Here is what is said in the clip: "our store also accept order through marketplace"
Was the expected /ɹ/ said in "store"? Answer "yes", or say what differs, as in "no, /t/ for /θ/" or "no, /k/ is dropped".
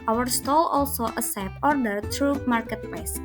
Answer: no, /l/ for /ɹ/